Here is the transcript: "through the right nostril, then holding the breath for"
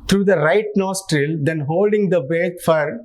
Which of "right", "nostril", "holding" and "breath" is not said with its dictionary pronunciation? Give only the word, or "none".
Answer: breath